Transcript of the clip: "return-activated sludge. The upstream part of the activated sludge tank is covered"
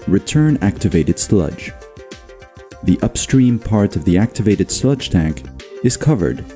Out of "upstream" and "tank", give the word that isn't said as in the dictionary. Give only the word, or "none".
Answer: none